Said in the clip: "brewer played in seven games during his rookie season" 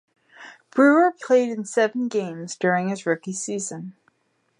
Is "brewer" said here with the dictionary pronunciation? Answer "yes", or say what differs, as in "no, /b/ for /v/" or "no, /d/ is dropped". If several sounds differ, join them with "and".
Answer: yes